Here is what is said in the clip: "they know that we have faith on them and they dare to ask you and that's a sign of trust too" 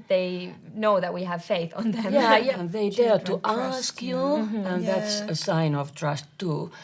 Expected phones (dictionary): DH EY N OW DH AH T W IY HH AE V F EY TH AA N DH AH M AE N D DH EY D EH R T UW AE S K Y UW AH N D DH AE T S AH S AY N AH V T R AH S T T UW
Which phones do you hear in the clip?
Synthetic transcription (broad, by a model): DH EY N OW DH AH T W IY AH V F EY TH N DH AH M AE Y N DH EY D EH R T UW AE S K Y UW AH N DH AE T S AH S AY N AH V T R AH S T T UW